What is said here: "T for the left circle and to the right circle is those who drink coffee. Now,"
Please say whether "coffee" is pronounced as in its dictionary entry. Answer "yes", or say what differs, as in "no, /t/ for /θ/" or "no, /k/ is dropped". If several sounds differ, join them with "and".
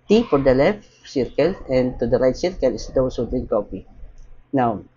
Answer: no, /p/ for /f/